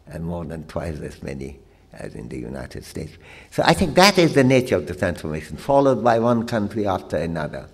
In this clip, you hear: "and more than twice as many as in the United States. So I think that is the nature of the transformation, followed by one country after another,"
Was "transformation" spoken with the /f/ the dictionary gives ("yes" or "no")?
yes